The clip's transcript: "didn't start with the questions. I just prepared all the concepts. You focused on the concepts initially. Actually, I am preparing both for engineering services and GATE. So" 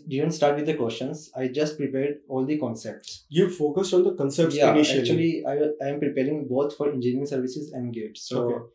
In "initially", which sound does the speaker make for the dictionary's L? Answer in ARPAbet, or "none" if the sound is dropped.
none